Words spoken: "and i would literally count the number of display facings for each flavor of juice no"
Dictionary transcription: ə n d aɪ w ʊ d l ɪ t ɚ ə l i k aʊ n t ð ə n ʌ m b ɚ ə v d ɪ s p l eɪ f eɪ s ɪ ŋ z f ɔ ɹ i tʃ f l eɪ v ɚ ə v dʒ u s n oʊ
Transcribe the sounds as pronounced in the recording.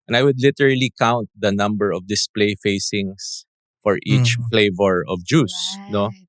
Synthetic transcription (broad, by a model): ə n aɪ w ʊ d l ɪ t ɚ ə l i k aʊ n t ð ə n ʌ m b ɚ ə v d ɪ s p l eɪ f eɪ s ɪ ŋ s f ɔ ɹ i tʃ f l eɪ v ɚ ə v dʒ u s n oʊ